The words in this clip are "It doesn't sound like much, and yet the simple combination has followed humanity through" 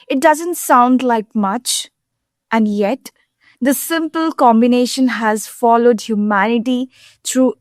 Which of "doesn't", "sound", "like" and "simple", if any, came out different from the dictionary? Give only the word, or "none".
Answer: none